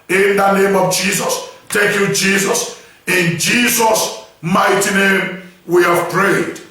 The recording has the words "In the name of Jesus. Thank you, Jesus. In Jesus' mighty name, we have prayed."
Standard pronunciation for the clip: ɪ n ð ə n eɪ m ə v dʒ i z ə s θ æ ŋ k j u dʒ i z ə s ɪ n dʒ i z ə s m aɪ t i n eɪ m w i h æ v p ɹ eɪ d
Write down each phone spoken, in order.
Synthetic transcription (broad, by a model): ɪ n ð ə n eɪ m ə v dʒ i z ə s t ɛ k j u dʒ i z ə s ɪ n dʒ i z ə s m aɪ t i n eɪ m w i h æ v p ɹ eɪ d